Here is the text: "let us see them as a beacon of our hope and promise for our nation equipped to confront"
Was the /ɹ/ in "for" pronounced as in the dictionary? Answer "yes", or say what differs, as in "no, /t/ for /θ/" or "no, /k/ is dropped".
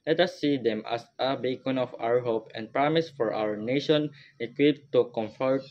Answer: yes